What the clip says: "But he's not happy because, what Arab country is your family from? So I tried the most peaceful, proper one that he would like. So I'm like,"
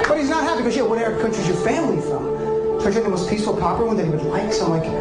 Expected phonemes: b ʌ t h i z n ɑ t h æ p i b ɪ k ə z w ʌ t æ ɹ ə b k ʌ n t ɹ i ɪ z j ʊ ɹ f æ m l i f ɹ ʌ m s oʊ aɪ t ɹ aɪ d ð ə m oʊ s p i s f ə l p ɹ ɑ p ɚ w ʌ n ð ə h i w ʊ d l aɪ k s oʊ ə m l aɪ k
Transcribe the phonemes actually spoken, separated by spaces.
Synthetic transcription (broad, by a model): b ʌ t h i z n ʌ t h æ p i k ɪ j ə w ʌ t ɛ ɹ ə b k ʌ n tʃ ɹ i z j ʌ ɹ f æ m l i f ɹ ʌ m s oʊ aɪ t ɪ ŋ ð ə m oʊ s p i s f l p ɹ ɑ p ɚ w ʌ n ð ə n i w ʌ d l aɪ k s ə m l aɪ k